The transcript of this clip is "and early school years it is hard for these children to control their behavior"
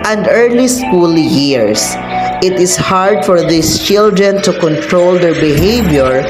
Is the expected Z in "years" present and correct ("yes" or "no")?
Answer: no